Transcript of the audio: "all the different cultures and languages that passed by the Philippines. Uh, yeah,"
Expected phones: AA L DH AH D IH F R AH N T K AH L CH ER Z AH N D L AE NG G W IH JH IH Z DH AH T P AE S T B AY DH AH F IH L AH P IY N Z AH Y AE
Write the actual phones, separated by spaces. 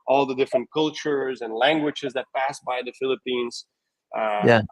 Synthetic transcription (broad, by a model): AA L DH AH D IH F R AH N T K AH L CH ER Z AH N L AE NG G W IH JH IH Z DH AH T P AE S B AY DH AH F IH L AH P IY N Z AH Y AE